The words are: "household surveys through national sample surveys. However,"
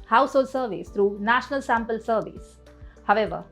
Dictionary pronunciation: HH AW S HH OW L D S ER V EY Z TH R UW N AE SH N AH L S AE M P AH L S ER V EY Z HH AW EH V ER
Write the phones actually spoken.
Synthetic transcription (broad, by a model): HH AW S HH OW L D S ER V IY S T R UW N AE SH N AH L S AE M P AH L S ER V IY S HH AW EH V ER